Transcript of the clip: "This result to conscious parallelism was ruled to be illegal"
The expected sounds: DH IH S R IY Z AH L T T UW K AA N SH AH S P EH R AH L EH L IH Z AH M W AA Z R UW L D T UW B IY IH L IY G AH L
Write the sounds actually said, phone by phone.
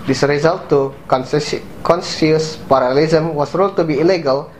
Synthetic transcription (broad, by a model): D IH S R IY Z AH L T T UW K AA N S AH S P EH R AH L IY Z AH M W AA S R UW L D T UW B IY L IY G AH L